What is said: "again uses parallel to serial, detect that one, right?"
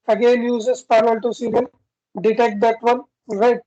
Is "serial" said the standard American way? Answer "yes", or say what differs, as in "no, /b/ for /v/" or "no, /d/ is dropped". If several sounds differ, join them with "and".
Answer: no, /n/ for /l/